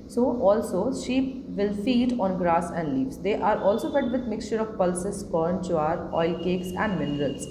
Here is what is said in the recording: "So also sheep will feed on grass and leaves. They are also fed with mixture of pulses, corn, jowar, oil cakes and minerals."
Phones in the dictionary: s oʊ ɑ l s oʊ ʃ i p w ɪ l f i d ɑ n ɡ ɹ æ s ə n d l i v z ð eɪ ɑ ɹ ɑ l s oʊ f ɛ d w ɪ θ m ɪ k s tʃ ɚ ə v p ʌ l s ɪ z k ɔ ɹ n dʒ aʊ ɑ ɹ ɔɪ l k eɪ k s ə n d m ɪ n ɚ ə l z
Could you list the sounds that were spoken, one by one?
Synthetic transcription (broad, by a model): s oʊ ɑ l s oʊ ʃ i p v ɪ l f i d ɑ n ɡ ɹ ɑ s ə n d l i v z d eɪ ɑ ɹ ɑ l s oʊ f ɛ d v ɪ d m ɪ k s tʃ ɚ ə v p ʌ l s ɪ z k ɔ ɹ n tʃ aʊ ɑ ɹ ɔɪ l k eɪ k s ə n d m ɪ n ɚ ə l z